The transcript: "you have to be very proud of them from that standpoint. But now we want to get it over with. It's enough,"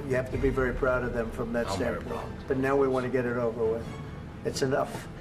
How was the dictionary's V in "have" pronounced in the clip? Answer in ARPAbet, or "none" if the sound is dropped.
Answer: F